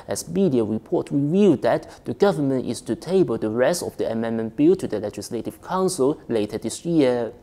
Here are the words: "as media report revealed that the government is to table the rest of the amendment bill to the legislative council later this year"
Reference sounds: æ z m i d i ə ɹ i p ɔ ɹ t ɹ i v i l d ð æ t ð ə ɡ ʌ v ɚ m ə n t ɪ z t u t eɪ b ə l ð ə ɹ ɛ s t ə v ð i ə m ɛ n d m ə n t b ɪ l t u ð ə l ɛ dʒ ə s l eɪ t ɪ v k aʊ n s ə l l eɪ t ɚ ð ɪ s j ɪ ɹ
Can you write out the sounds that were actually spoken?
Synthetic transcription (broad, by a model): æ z m i d i ə ɹ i p ɔ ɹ t w i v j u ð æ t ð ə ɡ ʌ v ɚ m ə n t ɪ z t u t eɪ b ə l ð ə ɹ ɛ s t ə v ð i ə m ɛ n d m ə n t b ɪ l t u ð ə l ɛ dʒ ə s l eɪ t ɪ v k aʊ n s ə l l eɪ t ɚ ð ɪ s j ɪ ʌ